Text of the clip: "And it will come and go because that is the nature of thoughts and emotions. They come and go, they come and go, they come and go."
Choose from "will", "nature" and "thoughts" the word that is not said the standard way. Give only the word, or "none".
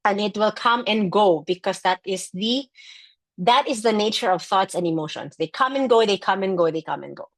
none